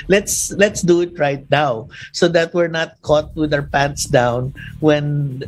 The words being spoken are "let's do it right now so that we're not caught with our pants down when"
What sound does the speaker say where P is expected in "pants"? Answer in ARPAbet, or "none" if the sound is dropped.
P